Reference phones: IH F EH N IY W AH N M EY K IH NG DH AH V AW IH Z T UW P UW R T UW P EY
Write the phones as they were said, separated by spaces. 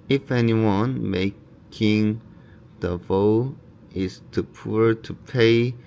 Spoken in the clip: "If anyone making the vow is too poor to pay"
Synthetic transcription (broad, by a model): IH F EH N IY W AH N M EY K IH NG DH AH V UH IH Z T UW P UW R T UW P EY